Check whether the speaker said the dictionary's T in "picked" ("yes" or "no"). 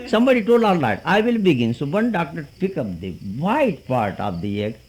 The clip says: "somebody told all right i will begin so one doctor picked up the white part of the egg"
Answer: no